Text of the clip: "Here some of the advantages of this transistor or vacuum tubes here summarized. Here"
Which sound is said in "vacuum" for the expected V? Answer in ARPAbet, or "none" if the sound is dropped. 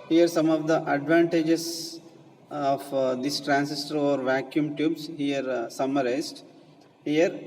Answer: V